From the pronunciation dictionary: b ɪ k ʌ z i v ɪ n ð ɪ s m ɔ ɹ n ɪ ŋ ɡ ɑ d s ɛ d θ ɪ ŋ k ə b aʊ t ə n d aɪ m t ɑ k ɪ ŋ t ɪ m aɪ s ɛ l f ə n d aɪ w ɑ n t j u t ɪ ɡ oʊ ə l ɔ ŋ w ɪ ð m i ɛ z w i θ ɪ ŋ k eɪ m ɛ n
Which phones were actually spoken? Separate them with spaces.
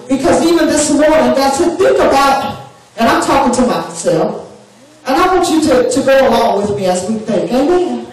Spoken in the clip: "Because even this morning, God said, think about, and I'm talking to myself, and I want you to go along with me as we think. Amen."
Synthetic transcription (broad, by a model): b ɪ k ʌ z i v ɪ n ð ɪ s m ɔ ɹ n ɪ ŋ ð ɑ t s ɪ θ ɪ ŋ k ə b aʊ t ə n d aɪ m t ɑ k ɪ ŋ t ɪ m aɪ s ɛ l f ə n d aɪ w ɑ n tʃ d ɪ t ɪ ɡ oʊ ə l ɔ ŋ w ɪ ð m i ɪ z w i θ ɪ ŋ k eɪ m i